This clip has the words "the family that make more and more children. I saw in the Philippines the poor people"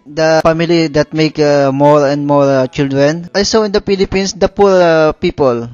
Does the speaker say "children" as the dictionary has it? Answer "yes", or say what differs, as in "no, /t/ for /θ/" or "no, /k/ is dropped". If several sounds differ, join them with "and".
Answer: yes